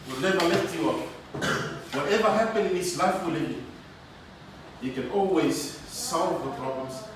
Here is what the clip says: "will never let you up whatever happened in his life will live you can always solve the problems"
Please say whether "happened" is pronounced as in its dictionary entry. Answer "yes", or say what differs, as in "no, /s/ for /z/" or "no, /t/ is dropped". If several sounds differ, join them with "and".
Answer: no, /d/ is dropped